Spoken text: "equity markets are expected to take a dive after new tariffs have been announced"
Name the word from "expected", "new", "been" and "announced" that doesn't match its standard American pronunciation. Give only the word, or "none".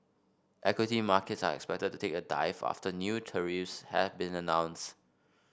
none